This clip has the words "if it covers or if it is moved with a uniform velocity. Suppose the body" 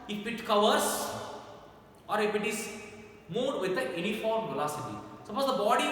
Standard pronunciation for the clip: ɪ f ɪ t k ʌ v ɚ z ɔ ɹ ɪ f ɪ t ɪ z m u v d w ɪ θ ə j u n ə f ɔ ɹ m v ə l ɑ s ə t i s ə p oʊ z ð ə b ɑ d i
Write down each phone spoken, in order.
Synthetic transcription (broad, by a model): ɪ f ɪ t k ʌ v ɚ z ɔ ɹ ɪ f ɪ t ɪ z m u d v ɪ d ə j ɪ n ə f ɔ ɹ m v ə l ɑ s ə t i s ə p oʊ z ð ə b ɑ d i